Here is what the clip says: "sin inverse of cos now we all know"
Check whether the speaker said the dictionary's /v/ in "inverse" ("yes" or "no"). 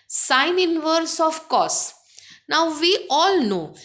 yes